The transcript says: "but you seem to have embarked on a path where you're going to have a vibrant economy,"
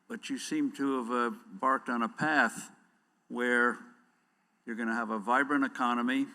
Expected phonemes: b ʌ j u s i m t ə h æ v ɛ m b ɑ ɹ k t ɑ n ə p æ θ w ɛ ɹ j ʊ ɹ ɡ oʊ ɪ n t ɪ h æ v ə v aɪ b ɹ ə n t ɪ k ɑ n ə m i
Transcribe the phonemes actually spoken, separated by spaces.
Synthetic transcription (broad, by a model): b ʌ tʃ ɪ s i m t ə v b ɑ ɹ k t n ə p æ θ w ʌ ɹ j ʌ ɹ ɡ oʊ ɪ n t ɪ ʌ v ə v aɪ b ɹ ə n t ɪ k ɑ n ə m i